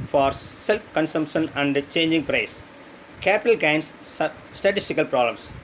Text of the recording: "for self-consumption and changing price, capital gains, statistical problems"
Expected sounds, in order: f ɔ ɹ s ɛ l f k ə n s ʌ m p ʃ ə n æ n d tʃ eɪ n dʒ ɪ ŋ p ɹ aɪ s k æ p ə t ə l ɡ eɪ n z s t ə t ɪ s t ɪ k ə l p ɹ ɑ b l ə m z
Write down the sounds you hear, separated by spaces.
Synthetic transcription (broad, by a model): f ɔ ɹ s ɛ l f k ə n s ʌ m p ʃ ə n æ n d tʃ eɪ n dʒ ɪ ŋ p ɹ aɪ s k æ p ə t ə l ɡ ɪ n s s t ə t ɪ s t ɪ k ə l p ɹ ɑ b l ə m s